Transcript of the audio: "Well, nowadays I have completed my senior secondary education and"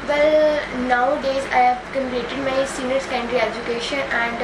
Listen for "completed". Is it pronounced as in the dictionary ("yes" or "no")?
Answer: no